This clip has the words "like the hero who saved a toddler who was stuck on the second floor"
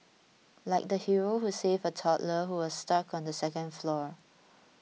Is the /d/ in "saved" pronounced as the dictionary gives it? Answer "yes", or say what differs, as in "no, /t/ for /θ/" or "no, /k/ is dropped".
no, /d/ is dropped